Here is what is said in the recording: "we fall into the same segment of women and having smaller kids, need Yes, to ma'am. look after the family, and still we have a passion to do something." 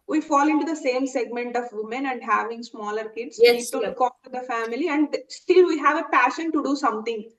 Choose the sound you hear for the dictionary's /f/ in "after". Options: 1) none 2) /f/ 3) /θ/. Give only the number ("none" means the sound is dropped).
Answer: 1